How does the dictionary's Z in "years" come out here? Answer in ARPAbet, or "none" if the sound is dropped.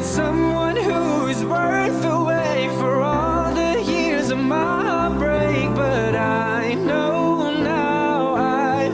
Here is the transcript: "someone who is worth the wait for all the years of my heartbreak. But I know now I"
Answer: Z